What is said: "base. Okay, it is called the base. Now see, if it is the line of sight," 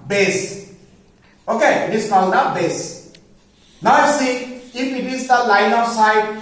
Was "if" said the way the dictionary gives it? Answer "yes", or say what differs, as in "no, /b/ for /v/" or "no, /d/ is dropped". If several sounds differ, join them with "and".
no, /p/ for /f/